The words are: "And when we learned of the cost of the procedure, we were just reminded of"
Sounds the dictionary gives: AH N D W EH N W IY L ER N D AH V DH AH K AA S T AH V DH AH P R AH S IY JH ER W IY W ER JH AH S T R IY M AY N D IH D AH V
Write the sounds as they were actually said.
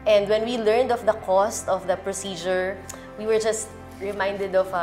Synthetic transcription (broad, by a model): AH N D W EH N W IY L ER N D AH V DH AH K AA S T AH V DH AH P R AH S IY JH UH W IY W ER JH AH S T R IY M AY N D IH D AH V